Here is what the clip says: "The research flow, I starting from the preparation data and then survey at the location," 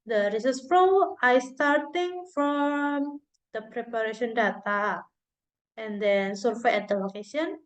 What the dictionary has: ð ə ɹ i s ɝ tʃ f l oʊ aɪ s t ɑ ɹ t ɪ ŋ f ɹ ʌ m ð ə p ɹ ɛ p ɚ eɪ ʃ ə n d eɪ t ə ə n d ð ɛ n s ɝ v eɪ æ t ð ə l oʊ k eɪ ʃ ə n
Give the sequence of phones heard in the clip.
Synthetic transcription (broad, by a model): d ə ɹ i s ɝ s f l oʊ aɪ s t ɑ ɹ t ɪ ŋ f ɹ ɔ m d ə p ɹ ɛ p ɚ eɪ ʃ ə n d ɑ t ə ə n d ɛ n s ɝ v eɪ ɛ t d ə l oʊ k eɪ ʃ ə n